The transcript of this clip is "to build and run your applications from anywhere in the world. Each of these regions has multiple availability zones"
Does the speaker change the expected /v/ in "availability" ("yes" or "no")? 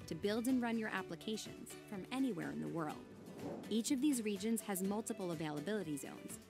no